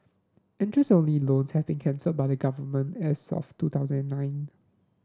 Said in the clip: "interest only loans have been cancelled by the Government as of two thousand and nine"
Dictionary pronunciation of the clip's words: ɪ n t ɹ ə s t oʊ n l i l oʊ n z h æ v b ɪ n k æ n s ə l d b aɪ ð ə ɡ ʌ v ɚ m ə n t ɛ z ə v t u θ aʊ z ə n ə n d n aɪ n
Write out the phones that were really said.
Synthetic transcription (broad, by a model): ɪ n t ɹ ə s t oʊ n l i l oʊ n s h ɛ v b ɪ n k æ n s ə d b aɪ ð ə ɡ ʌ v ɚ m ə n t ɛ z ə f t u t aʊ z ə n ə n n aɪ n